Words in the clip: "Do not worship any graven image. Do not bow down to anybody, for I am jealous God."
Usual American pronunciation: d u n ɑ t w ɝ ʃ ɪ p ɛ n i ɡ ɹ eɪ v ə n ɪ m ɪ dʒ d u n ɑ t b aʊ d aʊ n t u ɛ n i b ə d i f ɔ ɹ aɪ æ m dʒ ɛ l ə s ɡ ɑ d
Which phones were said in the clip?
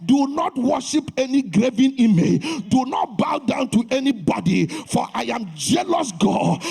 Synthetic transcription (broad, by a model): d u n ɑ t w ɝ ʃ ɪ p ɛ n i ɡ ɹ eɪ v ə n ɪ m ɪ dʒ d u n ɑ t b aʊ d aʊ n t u ɛ n i b ə d i f ɔ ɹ aɪ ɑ m dʒ ɛ l ə s ɡ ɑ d